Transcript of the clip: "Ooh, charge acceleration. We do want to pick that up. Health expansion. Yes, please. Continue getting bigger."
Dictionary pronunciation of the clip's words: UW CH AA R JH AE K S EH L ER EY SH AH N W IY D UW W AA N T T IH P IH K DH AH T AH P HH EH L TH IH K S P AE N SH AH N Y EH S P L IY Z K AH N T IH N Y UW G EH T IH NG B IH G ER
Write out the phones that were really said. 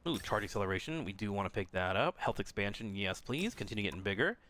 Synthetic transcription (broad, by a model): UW CH AA R JH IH K S EH L ER EY SH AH N W IY D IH W AA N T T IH P IH K DH AH T AH P HH EH L TH IH K S P AE N SH AH N Y EH S P L IY Z K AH N T IH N Y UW G EH T IH NG B IH G ER